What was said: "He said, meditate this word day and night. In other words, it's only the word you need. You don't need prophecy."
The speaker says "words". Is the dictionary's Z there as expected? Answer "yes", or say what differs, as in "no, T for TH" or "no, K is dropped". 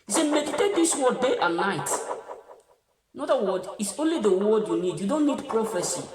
no, Z is dropped